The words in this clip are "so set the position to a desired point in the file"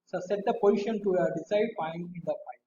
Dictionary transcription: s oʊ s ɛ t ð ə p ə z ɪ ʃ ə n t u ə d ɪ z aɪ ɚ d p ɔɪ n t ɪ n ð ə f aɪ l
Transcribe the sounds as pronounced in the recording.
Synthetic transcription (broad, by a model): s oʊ s ɛ t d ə p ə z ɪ ʃ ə n t u ə d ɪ s aɪ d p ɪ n ɪ n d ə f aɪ